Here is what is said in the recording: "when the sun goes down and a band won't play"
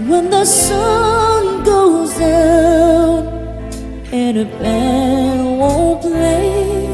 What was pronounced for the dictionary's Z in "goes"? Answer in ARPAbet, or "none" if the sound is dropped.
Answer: Z